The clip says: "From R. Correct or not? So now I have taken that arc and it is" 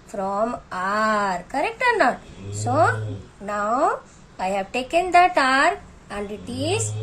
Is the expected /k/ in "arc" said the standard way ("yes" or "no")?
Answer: no